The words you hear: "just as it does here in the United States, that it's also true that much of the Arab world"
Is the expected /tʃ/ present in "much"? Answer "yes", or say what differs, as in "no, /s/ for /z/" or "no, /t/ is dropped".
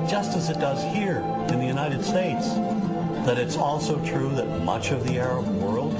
yes